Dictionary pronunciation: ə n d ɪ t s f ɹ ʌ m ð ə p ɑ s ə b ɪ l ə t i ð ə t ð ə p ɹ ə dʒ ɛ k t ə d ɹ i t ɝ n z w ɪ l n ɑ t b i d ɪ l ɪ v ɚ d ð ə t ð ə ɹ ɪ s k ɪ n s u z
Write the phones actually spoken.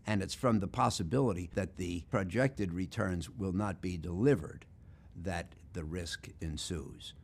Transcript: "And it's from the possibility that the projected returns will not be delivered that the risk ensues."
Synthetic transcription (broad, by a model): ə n ɪ t s f ɹ ʌ m ð ə p ɑ s ə b ɪ l ə t i ð ə t ð ə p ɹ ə dʒ ɛ k t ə d ɹ i t ɝ n z w ɪ l n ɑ t b i d ɪ l ɪ v ɚ d ð ə t ð ə ɹ ɪ s k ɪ n s u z